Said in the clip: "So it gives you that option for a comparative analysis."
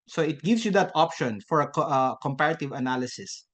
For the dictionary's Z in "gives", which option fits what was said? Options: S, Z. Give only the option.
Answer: S